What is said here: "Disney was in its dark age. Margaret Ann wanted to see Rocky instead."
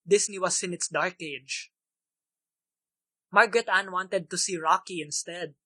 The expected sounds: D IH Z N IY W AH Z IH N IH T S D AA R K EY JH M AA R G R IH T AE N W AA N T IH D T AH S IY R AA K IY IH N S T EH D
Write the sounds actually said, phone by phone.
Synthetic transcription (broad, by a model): D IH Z N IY W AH S IH N IH T S D AA R K EY JH M AA R G R IH T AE N W AA N T IH D T AH S IY R AA K IY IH N S T EH D